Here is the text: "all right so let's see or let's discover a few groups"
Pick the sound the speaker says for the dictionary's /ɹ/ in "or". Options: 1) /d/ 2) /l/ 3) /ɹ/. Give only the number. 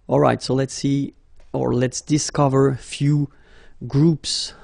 3